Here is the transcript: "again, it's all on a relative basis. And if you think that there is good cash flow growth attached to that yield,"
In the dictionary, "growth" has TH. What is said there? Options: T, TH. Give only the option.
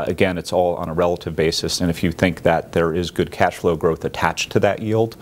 TH